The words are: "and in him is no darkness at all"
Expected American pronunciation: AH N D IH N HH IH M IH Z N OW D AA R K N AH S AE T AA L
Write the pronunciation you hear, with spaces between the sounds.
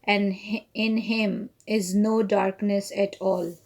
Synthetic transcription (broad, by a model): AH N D IH N HH IH M IH Z N OW D AA R K N AH S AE T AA L